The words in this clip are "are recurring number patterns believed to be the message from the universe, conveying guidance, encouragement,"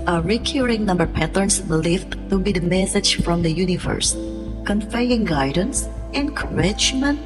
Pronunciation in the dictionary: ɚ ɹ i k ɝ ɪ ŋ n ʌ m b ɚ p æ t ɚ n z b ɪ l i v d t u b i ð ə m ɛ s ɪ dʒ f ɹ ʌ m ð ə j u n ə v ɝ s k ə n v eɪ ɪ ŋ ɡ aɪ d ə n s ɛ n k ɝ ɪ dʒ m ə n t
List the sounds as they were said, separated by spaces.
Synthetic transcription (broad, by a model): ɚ ɹ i k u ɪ ŋ n ʌ m b ɚ p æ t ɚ n s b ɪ l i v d t u b i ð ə m ɛ s ɪ dʒ f ɹ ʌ m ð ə j u n ə v ɝ s k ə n f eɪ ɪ ŋ ɡ aɪ d ə n s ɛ n k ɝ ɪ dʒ m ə n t